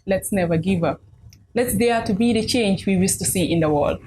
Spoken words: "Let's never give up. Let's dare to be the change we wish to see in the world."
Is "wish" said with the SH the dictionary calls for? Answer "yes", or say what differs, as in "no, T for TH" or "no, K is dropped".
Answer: no, S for SH